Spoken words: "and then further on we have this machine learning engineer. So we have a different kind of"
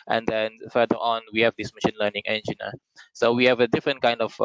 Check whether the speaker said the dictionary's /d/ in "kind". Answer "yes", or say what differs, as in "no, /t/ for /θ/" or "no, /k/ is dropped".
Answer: yes